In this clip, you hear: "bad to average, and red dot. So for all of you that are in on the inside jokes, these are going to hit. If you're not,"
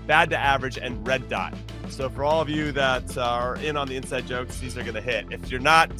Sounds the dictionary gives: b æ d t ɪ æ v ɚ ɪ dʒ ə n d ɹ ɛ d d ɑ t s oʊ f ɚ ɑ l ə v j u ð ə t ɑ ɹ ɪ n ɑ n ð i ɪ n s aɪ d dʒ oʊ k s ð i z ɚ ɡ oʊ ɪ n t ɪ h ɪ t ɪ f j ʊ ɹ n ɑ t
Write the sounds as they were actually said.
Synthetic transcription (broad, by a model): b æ d t ɪ æ v ɚ ɪ dʒ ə n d ɹ ɛ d d ɑ t s oʊ f ɚ ɑ l ə v j u ð ə t ɹ ɪ n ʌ n ð i ɪ n s aɪ d dʒ oʊ k s ð i z ɚ ɡ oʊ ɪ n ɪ h ɪ t ɪ f j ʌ ɹ n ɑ t